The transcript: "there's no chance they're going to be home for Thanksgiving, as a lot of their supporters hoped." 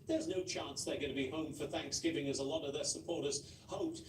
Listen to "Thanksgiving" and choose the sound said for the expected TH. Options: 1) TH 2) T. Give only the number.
1